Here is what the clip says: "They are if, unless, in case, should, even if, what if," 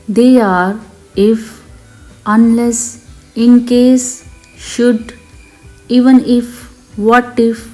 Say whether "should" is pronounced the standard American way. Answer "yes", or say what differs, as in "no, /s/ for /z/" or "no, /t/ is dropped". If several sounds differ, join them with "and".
yes